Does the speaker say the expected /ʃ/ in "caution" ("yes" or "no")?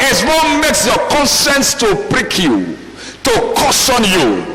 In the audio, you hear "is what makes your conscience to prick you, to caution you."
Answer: no